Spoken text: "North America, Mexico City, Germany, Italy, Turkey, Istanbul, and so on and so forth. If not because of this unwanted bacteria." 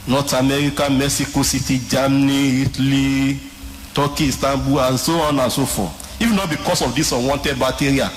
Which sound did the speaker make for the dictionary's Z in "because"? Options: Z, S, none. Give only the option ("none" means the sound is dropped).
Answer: S